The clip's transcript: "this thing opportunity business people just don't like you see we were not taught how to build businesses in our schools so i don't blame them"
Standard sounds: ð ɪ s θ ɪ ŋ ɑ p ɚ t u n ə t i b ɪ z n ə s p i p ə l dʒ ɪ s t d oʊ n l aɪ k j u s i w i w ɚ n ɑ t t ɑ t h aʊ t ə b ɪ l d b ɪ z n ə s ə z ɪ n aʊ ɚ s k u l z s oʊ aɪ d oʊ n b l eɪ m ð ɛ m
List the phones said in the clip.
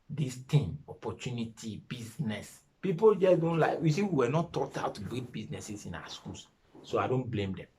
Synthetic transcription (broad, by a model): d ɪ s t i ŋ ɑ p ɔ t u n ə t i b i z n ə s p i p ə l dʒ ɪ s d oʊ n l aɪ k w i s i w i w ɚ n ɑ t t ɑ t aʊ t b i d b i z n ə s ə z ɪ n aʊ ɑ s k u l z s oʊ aɪ d oʊ n b l eɪ m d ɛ m